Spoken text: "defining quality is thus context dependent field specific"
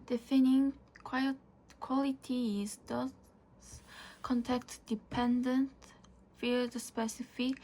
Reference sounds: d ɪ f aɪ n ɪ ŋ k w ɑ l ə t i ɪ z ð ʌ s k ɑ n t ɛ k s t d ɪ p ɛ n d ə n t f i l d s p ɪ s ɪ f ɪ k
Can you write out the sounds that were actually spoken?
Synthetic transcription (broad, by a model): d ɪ f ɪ n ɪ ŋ k w ɑ l ə t i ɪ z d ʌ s k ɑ n t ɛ k t d ɪ p ɛ n d ə n t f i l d s p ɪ s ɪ f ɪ